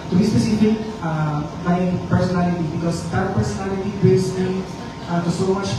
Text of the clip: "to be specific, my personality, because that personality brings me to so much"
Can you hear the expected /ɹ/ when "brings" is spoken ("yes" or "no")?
no